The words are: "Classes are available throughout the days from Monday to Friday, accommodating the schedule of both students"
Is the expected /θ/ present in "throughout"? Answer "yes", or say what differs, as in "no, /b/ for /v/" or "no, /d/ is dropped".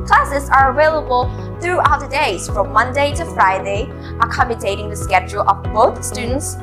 yes